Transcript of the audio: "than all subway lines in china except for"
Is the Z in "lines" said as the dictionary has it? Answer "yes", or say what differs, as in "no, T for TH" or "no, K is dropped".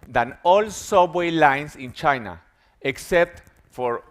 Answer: no, S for Z